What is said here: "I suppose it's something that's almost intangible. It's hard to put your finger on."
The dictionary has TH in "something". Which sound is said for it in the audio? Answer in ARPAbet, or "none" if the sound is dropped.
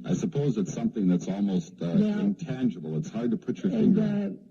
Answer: TH